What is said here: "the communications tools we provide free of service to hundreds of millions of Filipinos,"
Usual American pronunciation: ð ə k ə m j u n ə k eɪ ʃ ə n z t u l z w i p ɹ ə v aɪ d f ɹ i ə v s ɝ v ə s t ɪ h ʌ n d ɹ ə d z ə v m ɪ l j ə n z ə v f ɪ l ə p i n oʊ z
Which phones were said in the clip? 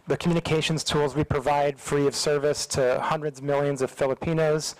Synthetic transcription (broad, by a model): ð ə k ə m j u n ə k eɪ ʃ n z t u l z w i p ɹ ə v aɪ d f ɹ i ə v s ɝ v ə s t ɪ h ʌ n d ɹ ə d z m ɪ l j ə n z ə v f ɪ l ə p i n oʊ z